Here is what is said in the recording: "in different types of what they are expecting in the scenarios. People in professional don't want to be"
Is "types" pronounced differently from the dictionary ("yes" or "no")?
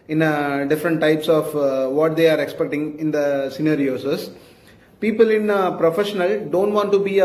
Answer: no